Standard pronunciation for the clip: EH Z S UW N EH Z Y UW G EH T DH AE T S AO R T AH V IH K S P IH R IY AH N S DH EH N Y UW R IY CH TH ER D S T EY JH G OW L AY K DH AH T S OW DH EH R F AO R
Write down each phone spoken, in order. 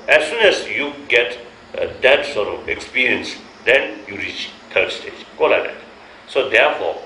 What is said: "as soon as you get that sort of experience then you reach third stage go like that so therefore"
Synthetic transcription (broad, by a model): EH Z S UW N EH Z Y UW G EH T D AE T S AO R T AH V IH K S P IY R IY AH N S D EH N Y UW R IY CH T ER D S T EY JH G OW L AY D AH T S OW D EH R F AO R